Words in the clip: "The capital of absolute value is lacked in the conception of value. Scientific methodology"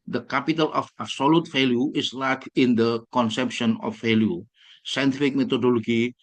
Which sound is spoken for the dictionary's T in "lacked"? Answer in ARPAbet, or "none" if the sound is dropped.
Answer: none